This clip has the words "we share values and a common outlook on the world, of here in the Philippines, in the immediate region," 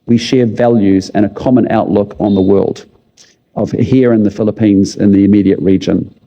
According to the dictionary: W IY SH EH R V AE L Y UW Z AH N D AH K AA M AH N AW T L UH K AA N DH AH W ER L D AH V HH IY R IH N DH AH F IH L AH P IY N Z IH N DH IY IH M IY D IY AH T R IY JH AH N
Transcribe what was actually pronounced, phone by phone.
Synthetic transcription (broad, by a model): W IY SH EH R V AE L Y UW Z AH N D AH K AA M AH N AW T L UH K N DH AH W ER L D AH V HH IY R IH N DH AH F IH L AH P IY N Z IH N DH IY IH M IY D IY AH T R IY JH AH N